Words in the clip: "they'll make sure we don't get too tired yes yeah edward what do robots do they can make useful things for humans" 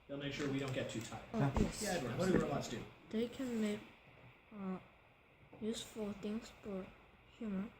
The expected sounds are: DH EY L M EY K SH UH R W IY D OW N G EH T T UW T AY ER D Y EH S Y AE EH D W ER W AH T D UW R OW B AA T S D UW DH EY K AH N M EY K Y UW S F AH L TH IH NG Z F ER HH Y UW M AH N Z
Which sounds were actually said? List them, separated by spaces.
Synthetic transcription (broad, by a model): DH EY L M EY K SH UH R W IY D OW N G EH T T UW T AY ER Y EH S Y AE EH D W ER W AH T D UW W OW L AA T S D UW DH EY K AH N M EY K Y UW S F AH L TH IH NG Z F ER HH Y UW M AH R